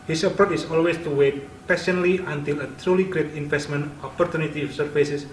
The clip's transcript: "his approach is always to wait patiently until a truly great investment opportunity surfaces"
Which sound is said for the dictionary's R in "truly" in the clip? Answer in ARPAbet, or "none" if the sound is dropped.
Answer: R